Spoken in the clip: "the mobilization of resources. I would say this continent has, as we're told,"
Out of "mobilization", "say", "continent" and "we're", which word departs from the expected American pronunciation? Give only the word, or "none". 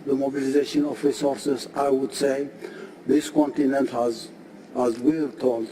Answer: we're